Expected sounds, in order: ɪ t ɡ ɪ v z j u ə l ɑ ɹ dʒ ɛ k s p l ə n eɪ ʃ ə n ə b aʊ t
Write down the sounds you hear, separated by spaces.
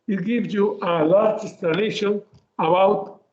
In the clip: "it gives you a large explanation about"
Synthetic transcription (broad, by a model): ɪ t ɡ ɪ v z j u ə l ɑ ɹ dʒ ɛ s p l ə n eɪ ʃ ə n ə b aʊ t